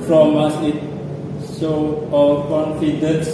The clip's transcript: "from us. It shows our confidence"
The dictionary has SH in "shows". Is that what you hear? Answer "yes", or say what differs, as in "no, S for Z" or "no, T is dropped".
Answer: no, S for SH